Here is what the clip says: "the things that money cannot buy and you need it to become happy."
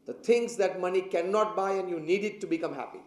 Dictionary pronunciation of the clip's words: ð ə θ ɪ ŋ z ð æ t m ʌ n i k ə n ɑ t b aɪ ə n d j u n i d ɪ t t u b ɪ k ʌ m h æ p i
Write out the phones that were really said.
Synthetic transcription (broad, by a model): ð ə t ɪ ŋ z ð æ t m ʌ n i k ə n ɑ t b aɪ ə n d j u n i d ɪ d t u b ɪ k ʌ m h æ p i